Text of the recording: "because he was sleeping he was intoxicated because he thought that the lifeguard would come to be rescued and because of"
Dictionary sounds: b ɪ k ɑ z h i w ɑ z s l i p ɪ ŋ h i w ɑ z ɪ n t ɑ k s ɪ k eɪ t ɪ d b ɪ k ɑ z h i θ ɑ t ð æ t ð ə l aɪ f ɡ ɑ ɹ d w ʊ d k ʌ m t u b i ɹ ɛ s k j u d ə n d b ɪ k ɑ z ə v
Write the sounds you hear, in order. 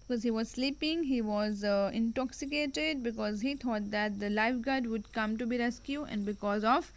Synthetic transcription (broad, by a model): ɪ k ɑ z h i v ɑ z s l i p ɪ ŋ h i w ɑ z ɪ n t ɑ k s ɪ k eɪ t ɪ d b ɪ k ɑ z h i t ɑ t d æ t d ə l aɪ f ɡ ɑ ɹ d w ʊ d k ʌ m t u b i ɹ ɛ s k j u ə n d b ɪ k ɑ z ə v